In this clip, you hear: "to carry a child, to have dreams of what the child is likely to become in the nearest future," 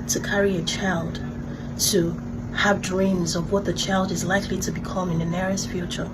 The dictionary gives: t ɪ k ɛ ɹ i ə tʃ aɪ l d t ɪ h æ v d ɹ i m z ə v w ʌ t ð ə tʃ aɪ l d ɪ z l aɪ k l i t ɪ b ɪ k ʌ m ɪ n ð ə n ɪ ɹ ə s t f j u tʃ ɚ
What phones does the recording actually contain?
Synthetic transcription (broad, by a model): t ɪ k ɛ ɹ i ə tʃ aɪ l d t ɪ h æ v d ɹ i m z ə v w ʌ t ð ə tʃ aɪ l d ɪ z l aɪ k l i t ɪ b ɪ k ʌ m ɪ n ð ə n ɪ ɹ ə s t f j u tʃ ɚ